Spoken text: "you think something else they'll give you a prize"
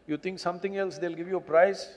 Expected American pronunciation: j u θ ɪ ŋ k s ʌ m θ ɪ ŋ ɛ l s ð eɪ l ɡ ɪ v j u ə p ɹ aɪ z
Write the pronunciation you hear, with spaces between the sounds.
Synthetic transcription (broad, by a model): j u t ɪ ŋ k s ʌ m t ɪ ŋ ɛ l s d eɪ l ɡ ɪ v j u ə p ɹ aɪ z